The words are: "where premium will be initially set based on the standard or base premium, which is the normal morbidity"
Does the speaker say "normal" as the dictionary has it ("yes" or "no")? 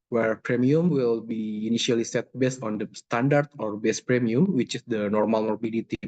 yes